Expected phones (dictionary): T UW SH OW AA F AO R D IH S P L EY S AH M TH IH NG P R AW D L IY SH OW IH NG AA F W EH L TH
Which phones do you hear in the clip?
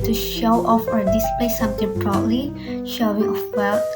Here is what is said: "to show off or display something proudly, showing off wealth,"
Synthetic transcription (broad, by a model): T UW SH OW AA F AO R D IH S P L EY S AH M T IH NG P R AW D L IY SH OW IH NG AA F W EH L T